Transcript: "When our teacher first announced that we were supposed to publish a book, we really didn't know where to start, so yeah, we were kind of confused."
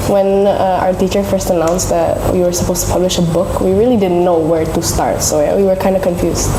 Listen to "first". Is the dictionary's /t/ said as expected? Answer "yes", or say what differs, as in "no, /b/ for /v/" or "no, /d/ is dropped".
yes